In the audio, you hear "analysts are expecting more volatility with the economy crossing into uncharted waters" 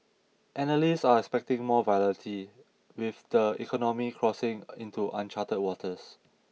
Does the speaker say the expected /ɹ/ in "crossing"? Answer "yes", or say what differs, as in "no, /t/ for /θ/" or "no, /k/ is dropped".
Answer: yes